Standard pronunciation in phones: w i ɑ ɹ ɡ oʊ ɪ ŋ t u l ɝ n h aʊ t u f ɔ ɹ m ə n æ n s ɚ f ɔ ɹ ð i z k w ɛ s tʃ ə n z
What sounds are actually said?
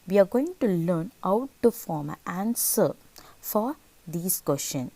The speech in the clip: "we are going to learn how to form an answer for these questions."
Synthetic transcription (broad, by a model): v i ɑ ɹ ɡ oʊ ɪ ŋ t u l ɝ n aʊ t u f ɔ m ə æ n s ɚ f ɔ ɹ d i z k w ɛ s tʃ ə n